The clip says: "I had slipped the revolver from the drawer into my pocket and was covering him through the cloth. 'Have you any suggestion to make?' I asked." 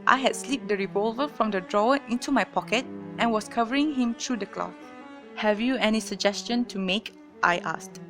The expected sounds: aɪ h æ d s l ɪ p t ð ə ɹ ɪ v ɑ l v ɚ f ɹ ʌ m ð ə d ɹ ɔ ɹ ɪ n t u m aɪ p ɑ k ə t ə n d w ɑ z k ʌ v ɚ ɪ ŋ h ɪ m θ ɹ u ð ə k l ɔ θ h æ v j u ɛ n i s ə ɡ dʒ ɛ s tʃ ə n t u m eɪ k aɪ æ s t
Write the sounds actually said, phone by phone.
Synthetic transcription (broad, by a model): aɪ h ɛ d s l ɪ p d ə ɹ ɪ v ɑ l v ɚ f ɹ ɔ m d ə d ɹ ɔ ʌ ɪ n t u m aɪ p ɑ k ə t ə n w ɑ s k ʌ v ɚ ɪ ŋ h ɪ m t ɹ u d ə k l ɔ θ h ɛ v j u ɛ n i s ə ɡ dʒ ɛ s tʃ ə n t u m eɪ k aɪ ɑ s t